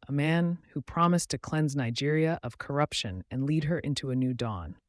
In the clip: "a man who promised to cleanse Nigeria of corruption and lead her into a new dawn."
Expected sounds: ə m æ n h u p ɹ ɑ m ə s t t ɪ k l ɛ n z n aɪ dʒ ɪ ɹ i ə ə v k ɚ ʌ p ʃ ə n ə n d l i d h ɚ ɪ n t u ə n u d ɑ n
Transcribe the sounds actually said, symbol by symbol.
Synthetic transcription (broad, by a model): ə m æ n h u p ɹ ɑ m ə s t t ɪ k l ɛ n z n aɪ dʒ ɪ ɹ i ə ə v k ɚ ʌ p ʃ ə n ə n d l i d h ɚ ɪ n t u ə n u d ɑ n